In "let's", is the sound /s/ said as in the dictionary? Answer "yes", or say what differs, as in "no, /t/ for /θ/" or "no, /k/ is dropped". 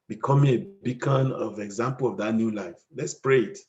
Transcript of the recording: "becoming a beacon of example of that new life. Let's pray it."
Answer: yes